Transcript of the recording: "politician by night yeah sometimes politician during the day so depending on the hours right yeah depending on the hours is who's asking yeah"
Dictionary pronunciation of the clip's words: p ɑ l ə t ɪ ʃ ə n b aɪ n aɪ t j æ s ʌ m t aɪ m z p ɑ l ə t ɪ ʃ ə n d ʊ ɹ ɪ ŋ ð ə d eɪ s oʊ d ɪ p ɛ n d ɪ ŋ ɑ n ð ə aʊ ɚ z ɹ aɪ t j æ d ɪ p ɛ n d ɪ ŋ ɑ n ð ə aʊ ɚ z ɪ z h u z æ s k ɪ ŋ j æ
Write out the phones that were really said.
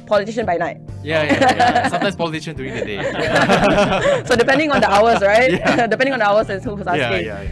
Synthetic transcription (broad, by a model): p ɑ l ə t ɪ ʃ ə n b aɪ n aɪ t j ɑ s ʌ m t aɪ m s p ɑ l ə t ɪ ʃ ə n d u ɪ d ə d eɪ s oʊ d ɪ p ɛ n d ɪ ŋ ɑ n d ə aʊ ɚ s ɹ aɪ t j d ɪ p ɛ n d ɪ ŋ ɑ n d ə aʊ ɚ s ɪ s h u ɔ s ɪ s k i